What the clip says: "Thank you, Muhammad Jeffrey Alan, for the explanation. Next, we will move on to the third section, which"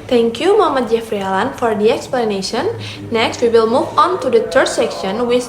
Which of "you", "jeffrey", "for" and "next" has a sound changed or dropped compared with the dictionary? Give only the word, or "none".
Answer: none